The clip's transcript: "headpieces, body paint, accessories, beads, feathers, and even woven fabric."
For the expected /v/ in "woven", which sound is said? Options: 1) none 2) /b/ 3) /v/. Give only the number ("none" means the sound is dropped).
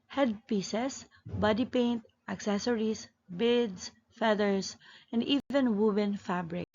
2